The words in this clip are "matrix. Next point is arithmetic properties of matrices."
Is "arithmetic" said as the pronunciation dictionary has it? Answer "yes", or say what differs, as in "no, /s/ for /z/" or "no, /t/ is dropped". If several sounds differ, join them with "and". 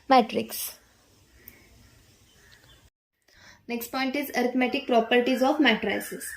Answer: no, /t/ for /θ/